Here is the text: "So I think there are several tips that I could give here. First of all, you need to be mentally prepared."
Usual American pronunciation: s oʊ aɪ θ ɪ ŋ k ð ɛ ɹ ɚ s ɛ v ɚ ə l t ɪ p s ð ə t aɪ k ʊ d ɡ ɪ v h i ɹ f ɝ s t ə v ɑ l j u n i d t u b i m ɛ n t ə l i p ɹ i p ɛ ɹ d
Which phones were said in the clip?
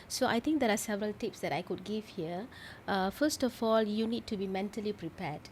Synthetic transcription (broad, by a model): s oʊ aɪ t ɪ ŋ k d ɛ ɹ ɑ s ɛ v ɚ ə l t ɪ p s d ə t aɪ k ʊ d ɡ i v h i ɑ f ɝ s t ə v ɑ l j u n i d t u b i m ɛ n t ə l i p ɹ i p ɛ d